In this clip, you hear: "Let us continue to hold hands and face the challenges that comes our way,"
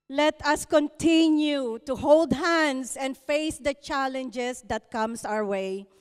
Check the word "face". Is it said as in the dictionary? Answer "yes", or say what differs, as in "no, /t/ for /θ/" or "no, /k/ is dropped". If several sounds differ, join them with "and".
yes